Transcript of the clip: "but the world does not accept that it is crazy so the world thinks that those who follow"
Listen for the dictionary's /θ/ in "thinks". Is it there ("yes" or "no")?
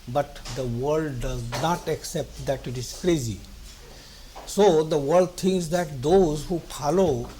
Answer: no